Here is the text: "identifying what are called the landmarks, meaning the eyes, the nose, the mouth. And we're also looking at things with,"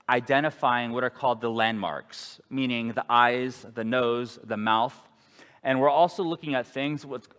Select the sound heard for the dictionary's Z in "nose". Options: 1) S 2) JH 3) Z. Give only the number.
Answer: 3